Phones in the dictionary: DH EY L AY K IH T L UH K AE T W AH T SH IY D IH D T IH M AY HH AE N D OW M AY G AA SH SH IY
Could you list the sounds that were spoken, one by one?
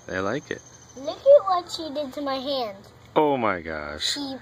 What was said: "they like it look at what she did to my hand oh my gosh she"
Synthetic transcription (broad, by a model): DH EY L AY K IH T L UH K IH T W AH T SH IY D IH D T IH M AY HH AE N D OW M AY G AA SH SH IY